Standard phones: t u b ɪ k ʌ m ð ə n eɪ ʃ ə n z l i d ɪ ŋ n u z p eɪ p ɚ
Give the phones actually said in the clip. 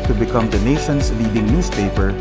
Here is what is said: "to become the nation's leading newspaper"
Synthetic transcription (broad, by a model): t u b ɪ k ʌ m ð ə n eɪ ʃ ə n s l i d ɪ ŋ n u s p eɪ p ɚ